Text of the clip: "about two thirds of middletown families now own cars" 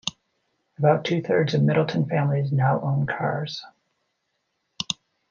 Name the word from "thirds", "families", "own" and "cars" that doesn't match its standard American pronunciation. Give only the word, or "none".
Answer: none